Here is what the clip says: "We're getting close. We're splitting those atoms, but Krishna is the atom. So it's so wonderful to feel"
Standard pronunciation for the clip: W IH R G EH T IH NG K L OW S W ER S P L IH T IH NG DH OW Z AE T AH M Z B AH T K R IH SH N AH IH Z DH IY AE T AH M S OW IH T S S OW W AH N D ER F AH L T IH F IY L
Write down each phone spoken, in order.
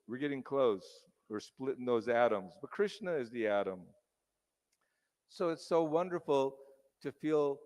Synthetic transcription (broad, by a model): W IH R G EH T IH NG K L OW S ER S P L IH T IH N DH OW Z AE T AH M Z B AH T K R IH SH N AH IH Z DH IY AE T AH M S OW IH T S S OW W AH N D ER F L T IH F IY L